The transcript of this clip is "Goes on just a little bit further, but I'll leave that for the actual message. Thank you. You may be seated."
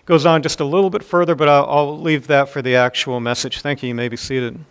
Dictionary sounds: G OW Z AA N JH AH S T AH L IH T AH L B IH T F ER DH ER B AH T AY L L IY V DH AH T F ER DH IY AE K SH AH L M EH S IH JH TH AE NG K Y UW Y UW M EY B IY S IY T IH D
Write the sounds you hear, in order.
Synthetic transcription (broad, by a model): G OW Z N JH AH S T AH L IH T L B IH T F ER DH ER B AH T AY L L IY V DH AH T F ER DH IY AE K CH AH L M EH S IH JH TH AE NG K Y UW Y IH M EY B IY S IY T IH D